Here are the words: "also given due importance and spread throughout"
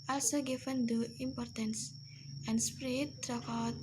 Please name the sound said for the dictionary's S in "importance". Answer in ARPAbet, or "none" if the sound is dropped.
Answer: S